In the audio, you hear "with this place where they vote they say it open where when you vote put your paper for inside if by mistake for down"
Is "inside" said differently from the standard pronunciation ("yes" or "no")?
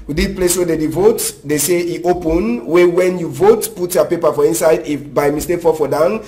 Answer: no